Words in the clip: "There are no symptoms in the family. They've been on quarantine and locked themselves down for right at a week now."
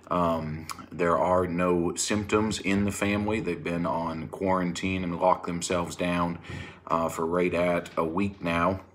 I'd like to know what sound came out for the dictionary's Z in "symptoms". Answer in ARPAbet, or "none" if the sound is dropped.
Z